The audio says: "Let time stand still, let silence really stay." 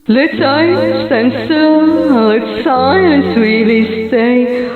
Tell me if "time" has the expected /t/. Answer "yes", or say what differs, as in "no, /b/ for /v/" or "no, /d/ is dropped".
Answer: no, /s/ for /t/